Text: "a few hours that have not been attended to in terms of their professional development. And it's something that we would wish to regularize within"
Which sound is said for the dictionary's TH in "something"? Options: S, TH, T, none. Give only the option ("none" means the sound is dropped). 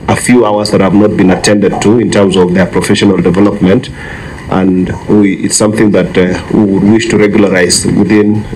TH